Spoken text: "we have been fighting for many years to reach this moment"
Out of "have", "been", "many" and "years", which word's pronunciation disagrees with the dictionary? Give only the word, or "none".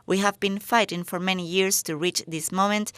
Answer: years